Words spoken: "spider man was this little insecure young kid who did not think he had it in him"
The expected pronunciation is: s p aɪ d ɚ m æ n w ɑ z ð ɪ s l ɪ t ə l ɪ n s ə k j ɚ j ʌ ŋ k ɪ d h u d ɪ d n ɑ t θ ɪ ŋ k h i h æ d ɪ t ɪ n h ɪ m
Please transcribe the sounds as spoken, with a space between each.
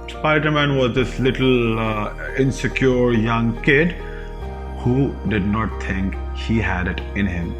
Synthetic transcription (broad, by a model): s p aɪ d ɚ m æ n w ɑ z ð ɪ s l ɪ t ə l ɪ n s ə k j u j ʌ ŋ k ɪ d h u d ɪ d n ɑ t t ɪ ŋ k h i h æ d ɪ t ɪ n h ɪ m